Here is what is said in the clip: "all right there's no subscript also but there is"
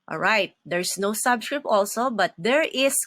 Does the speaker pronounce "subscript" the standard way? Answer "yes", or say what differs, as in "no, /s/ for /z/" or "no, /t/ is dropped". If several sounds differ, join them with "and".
yes